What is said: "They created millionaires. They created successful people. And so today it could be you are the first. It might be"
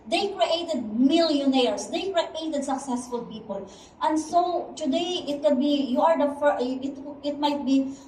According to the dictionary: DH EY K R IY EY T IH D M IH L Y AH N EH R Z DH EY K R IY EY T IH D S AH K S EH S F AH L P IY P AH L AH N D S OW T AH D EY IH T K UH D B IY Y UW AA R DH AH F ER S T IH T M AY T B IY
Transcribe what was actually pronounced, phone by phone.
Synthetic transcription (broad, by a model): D EY K R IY EY T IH D M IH L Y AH N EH R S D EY K R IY EY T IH D S AH K S EH S F AH L P IY P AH L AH N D S OW T AH D EY IH T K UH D B IY Y UW AA R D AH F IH T IH T M AY T B IY